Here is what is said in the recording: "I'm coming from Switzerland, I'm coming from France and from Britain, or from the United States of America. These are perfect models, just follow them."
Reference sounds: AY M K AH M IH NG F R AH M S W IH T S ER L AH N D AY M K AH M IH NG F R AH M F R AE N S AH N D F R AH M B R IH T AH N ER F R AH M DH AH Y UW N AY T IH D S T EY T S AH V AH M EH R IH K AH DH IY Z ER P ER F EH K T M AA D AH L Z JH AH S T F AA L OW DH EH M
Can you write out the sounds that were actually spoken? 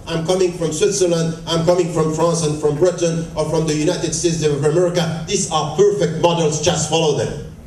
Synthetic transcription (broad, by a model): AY M K AH M IH NG F R AH M S W IH T S ER L AH N D AY M K AH M IH NG F R AH M F R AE N S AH N F R AH M B R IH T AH N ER F R AH M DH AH Y UW N AY T IH D S T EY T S AH V AH M EH R IH K AH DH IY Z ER P ER F EH K T M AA D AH L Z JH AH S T F AA L OW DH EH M